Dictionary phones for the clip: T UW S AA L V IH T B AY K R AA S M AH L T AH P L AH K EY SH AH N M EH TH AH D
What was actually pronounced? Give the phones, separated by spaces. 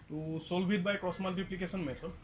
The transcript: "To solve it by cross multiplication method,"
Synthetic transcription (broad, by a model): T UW S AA L B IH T B AY K R AA S M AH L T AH P L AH K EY S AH N M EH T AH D